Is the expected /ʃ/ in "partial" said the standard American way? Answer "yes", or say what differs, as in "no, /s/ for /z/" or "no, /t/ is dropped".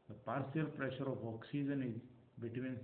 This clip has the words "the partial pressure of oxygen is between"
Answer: no, /s/ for /ʃ/